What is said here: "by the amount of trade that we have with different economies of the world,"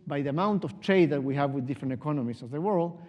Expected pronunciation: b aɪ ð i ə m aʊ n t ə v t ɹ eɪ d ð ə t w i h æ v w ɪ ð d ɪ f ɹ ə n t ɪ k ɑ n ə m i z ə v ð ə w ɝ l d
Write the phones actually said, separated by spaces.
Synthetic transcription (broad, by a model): b aɪ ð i ə m aʊ n t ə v t ɹ eɪ d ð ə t w i h æ v w ɪ ð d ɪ f ɹ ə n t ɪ k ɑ n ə m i s ə v ð ə w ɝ l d